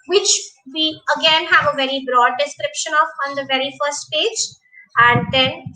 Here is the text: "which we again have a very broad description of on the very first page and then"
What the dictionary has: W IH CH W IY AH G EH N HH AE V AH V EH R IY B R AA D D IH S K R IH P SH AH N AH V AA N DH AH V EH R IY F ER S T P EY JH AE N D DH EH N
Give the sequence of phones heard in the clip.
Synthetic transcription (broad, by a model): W IH CH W IY AH G EH N HH AE V AH V EH R IY B R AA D D IH S K R IH P SH AH N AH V AA N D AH V EH R IY F ER S T P EY JH AE N D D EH N